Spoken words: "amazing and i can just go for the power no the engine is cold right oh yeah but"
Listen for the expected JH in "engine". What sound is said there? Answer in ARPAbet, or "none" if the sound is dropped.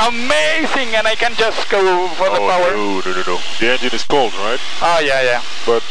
JH